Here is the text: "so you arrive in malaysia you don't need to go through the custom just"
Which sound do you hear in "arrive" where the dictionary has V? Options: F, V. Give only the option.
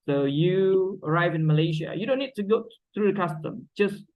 V